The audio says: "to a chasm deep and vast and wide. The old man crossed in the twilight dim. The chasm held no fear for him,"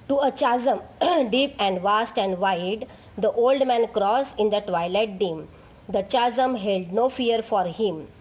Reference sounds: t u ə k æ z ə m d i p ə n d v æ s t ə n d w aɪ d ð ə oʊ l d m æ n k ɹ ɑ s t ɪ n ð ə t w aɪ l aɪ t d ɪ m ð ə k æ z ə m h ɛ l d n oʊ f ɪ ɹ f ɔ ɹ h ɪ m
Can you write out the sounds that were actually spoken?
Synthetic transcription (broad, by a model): t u ə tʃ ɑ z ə m d i p ə n d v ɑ s t ə n d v aɪ d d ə oʊ l d m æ n k ɹ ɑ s ɪ n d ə t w aɪ l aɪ t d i m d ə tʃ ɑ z ə m h ɛ l d n oʊ f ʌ ɹ f ɔ ɹ h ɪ m